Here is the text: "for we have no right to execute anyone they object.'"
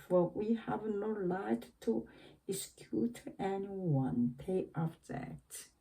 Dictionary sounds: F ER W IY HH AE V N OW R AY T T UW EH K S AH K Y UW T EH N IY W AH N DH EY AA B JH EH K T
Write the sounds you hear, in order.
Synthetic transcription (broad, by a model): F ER W IY HH AE V N OW L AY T T UW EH S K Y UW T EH N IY W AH N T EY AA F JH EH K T